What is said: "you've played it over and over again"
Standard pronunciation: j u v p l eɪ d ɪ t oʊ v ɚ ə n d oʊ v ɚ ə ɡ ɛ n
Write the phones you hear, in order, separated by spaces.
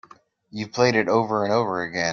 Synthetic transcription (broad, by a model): j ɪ p l eɪ d ɪ t oʊ v ɚ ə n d oʊ v ɚ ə ɡ ɛ